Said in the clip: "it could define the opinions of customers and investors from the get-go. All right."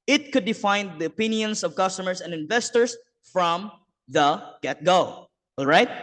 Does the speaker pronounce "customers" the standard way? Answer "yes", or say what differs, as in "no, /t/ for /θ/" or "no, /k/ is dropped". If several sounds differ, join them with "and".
no, /s/ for /z/